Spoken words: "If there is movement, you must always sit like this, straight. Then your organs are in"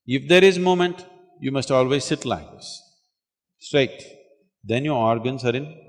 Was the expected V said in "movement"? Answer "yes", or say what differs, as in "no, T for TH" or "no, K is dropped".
no, V is dropped